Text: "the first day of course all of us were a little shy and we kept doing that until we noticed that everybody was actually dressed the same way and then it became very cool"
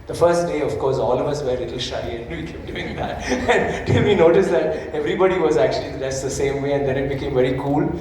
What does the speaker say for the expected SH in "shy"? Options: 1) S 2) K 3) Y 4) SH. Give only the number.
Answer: 4